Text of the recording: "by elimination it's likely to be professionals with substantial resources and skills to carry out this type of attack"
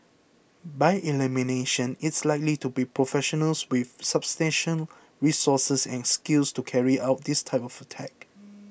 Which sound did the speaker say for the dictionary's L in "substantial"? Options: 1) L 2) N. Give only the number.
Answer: 2